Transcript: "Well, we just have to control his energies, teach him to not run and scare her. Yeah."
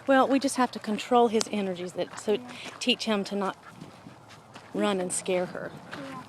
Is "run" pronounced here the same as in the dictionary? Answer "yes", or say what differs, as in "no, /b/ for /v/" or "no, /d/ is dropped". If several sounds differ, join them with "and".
yes